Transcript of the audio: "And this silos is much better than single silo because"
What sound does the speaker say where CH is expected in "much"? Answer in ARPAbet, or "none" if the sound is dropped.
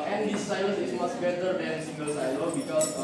S